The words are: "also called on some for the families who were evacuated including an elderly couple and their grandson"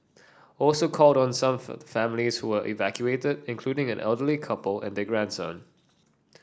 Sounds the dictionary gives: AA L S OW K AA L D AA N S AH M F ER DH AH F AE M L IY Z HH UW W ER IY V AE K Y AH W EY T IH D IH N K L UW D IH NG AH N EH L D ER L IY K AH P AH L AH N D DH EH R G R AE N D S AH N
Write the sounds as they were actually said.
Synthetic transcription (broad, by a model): AA L S OW K AA L D AA N S AH M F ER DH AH F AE M L IY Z HH UW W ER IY V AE K Y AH EY T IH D IH N K L UW D IH NG AH N EH L D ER L IY K AH P AH L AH N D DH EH G R AE N D S AH N